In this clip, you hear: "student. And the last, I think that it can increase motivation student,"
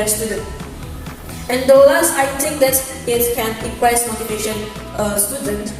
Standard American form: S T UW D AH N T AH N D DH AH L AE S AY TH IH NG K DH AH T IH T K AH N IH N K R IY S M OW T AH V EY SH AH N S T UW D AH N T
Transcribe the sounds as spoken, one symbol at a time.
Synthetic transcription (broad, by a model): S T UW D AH N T AH N D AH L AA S AY T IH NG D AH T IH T K AH N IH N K W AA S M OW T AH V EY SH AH N S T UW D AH N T